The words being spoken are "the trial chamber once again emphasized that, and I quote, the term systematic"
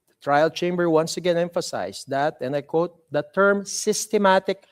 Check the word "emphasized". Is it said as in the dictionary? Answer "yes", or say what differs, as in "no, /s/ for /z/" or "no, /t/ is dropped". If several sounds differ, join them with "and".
no, /s/ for /z/